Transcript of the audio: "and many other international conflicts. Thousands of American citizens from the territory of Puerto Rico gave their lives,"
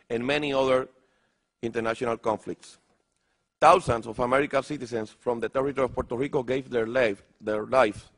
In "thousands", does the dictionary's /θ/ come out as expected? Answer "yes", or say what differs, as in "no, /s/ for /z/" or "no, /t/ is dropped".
no, /t/ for /θ/